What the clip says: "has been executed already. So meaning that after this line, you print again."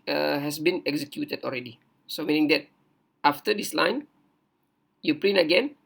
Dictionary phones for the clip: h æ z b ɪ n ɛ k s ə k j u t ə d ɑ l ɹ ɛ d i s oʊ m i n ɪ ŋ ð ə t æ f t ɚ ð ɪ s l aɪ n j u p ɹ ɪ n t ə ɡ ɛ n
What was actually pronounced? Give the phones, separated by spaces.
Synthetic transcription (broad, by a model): h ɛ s b ɪ n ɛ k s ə k j u t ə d ɑ l ɹ ɛ d i s oʊ m i n ɪ ŋ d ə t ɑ f t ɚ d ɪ s l aɪ n j u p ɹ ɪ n ə ɡ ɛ n